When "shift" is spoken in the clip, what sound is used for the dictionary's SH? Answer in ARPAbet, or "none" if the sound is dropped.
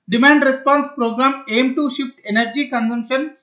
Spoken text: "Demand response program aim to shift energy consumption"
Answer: SH